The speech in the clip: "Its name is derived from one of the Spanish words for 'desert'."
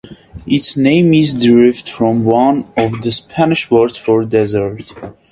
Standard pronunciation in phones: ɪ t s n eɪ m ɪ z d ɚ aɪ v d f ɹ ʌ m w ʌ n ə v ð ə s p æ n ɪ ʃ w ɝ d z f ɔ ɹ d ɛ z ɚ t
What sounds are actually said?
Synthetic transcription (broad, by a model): ɪ t s n eɪ m ɪ z d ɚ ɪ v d f ɹ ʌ m w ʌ n ə v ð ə s p æ n ɪ ʃ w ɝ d f ɔ ɹ d ɛ z ɚ t